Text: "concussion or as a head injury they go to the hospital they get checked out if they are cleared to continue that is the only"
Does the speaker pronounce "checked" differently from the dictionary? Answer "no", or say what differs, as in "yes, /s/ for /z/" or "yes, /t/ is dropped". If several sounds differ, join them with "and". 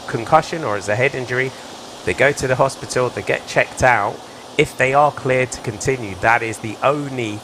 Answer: no